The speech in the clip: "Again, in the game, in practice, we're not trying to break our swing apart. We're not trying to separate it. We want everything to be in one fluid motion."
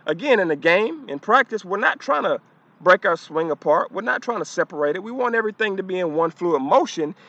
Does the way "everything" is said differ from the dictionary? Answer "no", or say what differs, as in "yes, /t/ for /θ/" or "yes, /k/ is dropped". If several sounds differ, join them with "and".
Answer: no